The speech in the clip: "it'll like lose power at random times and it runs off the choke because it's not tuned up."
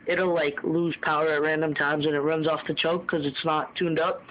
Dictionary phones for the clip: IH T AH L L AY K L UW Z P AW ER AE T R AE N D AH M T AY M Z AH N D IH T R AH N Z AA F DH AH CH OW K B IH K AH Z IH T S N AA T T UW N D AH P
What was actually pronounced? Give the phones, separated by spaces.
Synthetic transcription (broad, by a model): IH T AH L L AY K L UW Z P AW ER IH T R AE N D AH M T AY M Z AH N IH T R AH N Z AA F DH AH CH OW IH K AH Z IH T S N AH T T UW N D AH P